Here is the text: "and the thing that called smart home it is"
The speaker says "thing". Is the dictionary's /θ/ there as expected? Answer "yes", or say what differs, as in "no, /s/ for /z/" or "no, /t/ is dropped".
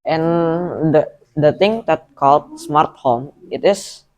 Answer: no, /t/ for /θ/